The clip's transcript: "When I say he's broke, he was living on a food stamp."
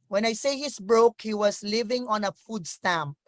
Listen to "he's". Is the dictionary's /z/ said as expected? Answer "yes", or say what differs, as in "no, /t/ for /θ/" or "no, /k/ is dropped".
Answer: no, /s/ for /z/